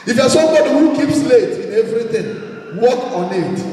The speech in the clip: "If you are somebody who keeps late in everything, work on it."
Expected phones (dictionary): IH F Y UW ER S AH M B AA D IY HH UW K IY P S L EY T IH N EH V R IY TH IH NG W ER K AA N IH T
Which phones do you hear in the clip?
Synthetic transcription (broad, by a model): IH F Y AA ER S AH M B AA D IY HH UW K IY P S L EY T IH N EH V R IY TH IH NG W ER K AA N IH T